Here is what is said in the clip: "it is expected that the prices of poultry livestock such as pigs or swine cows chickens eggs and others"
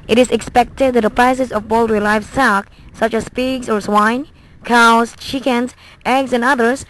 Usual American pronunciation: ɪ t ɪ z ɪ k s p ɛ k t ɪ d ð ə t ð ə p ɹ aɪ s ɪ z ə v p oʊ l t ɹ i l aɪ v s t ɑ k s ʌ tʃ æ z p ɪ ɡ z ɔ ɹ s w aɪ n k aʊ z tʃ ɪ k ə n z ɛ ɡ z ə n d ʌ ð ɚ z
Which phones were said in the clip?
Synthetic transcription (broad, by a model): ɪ t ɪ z ɪ k s p ɛ k t ɪ d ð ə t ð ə p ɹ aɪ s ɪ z ə v b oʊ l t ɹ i l aɪ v s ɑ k s ʌ tʃ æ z p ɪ ɡ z ɔ ɹ s w aɪ n k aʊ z tʃ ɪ k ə n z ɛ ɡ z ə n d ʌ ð ɚ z